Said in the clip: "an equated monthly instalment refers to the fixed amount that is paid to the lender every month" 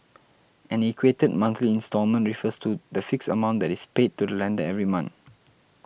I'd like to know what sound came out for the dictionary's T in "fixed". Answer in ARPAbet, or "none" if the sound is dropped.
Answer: none